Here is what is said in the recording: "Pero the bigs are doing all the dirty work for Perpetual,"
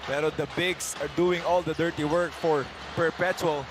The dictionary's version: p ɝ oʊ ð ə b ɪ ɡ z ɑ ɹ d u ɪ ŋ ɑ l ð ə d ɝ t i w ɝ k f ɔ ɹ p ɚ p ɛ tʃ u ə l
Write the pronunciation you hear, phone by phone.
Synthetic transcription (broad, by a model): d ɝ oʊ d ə b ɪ ɡ s ɑ ɹ d u ɪ ŋ ɑ l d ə d ɝ t i w ɝ k f ɔ ɹ p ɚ p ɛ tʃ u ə l